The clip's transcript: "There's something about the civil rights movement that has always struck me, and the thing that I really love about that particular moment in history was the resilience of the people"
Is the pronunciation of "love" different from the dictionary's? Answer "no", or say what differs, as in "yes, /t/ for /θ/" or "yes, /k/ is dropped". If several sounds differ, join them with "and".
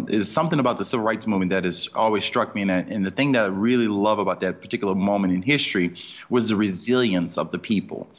no